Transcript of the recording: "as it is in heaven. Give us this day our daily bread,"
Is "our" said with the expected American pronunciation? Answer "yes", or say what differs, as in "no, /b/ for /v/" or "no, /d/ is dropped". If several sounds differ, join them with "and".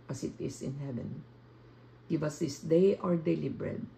yes